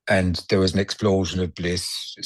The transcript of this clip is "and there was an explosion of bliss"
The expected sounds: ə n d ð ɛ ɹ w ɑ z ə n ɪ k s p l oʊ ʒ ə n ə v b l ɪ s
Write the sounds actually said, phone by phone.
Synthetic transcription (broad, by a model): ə n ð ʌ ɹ w ɑ z ə n ɪ k s p l oʊ ʒ ə n ə v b l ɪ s